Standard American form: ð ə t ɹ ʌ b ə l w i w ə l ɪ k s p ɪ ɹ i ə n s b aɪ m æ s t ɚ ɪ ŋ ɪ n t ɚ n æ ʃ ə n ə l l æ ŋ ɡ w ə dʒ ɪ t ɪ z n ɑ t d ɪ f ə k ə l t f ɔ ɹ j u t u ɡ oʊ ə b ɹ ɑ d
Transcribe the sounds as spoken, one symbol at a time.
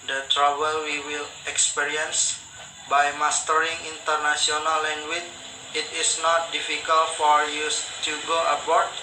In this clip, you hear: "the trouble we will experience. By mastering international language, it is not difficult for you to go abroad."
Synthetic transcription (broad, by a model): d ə t ɹ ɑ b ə l w i w ə l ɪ k s p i ɹ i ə n s b aɪ m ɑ s t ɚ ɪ ŋ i n t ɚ n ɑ s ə n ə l l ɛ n w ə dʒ ɪ t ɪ s n ɑ t d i f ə k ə l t f ɔ ɹ j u t u ɡ oʊ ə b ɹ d